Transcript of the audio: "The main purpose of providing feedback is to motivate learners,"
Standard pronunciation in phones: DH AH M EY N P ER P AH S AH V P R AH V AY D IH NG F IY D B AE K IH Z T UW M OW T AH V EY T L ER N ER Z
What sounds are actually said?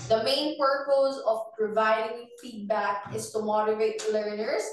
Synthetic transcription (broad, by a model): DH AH M EY N P ER P AH S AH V P R AH V AY D IH NG F IY D B AE K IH S T UW M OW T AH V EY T L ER N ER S